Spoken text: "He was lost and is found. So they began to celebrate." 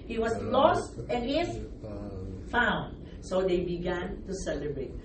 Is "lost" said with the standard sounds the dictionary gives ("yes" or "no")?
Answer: yes